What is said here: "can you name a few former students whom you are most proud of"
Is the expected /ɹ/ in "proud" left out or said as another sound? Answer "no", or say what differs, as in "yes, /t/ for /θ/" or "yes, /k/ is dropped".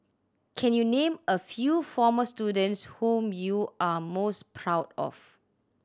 no